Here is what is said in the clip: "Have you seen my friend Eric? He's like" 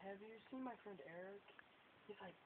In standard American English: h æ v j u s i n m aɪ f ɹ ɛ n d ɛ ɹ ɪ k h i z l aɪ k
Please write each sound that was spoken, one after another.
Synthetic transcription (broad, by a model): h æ v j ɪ s i n m aɪ f ɹ ɛ n d ɛ ɹ ɪ k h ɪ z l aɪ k